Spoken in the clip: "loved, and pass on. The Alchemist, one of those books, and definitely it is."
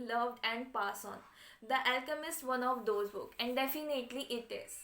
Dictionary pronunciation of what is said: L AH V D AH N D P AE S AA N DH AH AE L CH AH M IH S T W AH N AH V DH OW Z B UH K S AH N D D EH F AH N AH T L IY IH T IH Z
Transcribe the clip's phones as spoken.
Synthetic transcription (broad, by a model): L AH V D AH N D P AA S AA N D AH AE L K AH M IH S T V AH N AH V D OW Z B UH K AH N D D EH F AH N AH T L IY IH T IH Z